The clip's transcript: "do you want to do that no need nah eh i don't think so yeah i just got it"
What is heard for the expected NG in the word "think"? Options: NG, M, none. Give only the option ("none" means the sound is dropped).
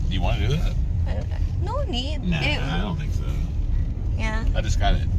none